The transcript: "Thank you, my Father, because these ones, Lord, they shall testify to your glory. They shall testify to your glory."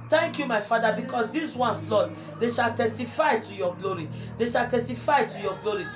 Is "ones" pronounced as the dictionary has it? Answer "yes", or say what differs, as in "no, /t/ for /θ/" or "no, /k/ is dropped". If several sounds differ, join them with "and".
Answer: no, /s/ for /z/